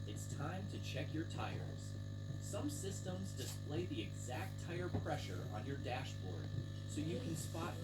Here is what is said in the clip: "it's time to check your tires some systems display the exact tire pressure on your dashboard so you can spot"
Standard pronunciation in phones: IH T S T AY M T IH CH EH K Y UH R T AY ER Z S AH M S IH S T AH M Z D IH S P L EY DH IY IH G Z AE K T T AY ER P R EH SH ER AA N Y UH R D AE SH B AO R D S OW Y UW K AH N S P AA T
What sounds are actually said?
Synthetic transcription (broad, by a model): IH T S T AY M T IH CH EH K Y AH R T AY ER Z S AH M S IH S T AH M Z D IH S P L EY DH IY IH G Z AE K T T AY ER P R EH SH ER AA N Y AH R D AE SH B AO R D S OW Y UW K AH N S P AA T